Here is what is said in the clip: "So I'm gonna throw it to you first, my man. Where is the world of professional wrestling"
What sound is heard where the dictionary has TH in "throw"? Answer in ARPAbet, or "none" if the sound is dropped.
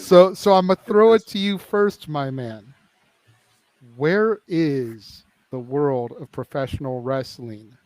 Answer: TH